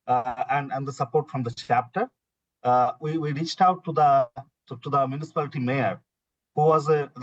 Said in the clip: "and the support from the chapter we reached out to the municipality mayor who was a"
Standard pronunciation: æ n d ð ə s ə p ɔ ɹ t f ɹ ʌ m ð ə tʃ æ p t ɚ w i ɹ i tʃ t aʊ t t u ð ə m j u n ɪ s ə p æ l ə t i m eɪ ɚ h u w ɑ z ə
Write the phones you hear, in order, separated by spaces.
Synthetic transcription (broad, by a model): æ n d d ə s ə p ɔ ɹ t f ɹ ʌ m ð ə tʃ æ p t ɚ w i ɹ i tʃ t aʊ t t u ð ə m j u n ɪ s ə p æ l ə t i m eɪ ɚ h u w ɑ z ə